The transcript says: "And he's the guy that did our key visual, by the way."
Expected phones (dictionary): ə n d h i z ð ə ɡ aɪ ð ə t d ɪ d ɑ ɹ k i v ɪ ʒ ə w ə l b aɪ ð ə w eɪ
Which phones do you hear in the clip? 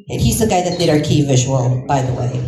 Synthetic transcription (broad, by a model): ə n h i z ð ə ɡ aɪ ð ə t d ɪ d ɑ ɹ k i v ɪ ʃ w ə n b aɪ ð ə w eɪ